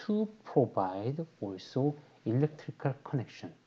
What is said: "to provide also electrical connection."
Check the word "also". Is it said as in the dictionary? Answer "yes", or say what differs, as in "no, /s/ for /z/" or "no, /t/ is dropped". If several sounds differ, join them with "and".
yes